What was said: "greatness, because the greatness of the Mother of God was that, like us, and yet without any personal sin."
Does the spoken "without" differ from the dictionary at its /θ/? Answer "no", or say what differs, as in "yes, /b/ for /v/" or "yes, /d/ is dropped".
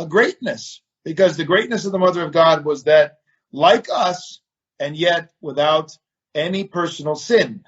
no